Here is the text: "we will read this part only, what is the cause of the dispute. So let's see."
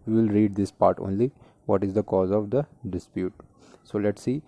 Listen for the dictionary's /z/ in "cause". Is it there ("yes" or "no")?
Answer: yes